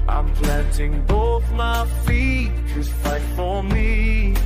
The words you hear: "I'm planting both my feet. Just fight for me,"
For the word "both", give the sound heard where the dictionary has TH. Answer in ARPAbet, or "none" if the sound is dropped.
TH